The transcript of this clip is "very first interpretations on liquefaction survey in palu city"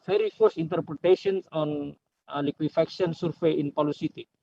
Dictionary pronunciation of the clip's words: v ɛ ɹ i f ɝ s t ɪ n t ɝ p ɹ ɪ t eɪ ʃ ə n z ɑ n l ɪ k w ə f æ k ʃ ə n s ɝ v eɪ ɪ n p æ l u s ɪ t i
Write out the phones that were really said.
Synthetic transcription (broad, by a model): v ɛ ɹ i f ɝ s ɪ n t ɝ p ɹ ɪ t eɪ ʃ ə n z ɑ n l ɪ k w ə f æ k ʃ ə n s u f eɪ ɪ n p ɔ l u s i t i